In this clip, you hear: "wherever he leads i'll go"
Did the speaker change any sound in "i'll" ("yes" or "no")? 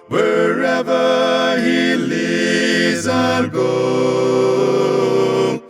yes